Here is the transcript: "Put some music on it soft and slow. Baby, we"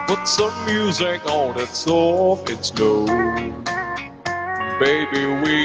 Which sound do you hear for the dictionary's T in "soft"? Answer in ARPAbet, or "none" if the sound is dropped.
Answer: none